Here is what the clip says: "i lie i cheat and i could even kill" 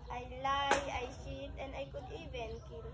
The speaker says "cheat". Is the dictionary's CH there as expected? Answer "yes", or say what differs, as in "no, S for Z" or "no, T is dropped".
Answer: no, SH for CH